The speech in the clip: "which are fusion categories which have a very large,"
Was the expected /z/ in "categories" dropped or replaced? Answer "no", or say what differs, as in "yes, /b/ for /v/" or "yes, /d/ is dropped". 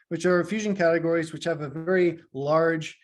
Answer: no